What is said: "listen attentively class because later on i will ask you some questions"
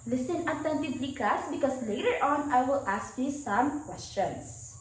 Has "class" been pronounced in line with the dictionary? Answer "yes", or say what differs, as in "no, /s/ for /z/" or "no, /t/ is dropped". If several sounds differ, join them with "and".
no, /l/ is dropped